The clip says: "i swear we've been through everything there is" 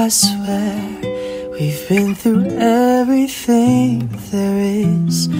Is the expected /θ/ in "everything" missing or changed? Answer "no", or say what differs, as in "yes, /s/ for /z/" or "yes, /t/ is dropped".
no